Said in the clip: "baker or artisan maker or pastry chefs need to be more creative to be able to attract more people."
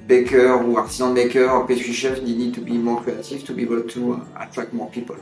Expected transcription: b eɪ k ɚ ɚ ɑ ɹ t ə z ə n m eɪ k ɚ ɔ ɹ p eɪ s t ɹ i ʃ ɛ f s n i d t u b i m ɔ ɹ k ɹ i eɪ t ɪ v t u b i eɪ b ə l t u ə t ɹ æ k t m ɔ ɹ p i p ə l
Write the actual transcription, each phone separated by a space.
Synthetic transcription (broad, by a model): b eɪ k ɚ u ɑ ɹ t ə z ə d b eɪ k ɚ ɹ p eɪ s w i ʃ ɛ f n n i d t u b i m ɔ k i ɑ t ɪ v t u b i eɪ b ə l t u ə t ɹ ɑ k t m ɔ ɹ p i p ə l